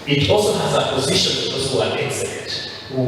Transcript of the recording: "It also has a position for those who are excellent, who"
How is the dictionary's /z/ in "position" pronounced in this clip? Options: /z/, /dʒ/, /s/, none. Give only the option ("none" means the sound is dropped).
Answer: /z/